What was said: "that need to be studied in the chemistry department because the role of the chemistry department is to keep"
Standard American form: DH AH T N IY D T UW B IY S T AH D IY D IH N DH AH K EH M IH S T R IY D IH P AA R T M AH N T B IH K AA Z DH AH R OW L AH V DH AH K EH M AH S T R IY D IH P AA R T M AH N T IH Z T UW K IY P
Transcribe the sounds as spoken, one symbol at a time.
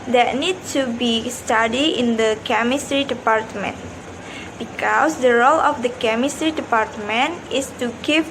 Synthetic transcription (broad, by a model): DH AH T N IY D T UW B IY S T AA D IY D IH N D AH K EH M IH S T R IY D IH P AA R T M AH N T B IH K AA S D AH R OW L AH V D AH K EH M AH S T R IY D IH P AA R T M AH N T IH S T UW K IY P